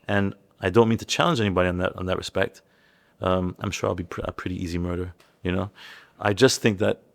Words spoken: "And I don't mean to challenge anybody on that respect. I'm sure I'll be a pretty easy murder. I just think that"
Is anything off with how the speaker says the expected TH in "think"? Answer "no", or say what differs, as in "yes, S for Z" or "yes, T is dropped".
no